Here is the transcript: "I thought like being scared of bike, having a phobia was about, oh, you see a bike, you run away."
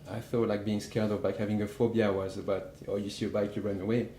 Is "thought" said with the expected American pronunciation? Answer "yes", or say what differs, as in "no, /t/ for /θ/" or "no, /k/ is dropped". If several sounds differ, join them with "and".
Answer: no, /f/ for /θ/